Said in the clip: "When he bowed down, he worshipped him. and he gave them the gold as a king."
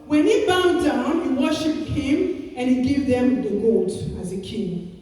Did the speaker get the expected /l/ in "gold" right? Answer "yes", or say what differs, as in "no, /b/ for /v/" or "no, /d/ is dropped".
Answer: no, /l/ is dropped